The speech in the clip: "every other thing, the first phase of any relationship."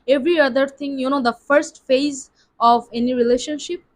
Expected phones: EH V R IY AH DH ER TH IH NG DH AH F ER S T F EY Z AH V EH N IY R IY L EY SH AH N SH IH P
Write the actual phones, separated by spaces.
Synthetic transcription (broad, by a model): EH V R IY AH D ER T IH NG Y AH F ER S T F EY Z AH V EH N IY R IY L EY SH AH N SH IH P